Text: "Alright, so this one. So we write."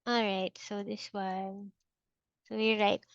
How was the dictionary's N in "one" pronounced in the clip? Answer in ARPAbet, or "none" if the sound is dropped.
L